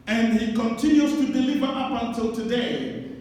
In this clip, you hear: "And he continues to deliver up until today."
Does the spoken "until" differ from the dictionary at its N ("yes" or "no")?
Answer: no